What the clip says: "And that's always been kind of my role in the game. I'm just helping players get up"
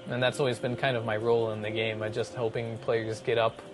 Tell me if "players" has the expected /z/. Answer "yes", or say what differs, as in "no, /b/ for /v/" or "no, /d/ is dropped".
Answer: yes